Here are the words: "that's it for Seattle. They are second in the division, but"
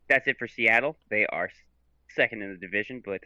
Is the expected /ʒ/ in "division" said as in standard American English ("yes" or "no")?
yes